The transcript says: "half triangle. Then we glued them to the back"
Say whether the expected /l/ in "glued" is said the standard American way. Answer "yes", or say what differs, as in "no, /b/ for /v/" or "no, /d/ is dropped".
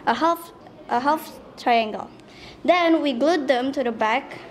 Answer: yes